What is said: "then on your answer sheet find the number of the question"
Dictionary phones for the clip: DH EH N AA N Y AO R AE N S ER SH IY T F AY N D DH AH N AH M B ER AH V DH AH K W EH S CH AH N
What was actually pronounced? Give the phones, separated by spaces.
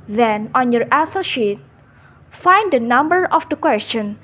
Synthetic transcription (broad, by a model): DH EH N AA N Y AO R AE S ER SH IY T F AY N D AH N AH M B ER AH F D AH K W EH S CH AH N